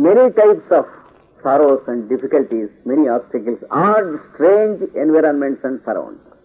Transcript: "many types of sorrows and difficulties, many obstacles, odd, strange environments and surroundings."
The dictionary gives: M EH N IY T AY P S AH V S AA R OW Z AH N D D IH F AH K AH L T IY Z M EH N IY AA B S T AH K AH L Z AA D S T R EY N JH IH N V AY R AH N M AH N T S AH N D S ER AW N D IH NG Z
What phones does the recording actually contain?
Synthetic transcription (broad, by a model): M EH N IY T AY P S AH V S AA R OW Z AH N D D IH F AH K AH L T IY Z M EH N IY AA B S T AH K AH L S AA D S T R EY N JH IH N V AY R AH N M AH N T S AH N D S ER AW N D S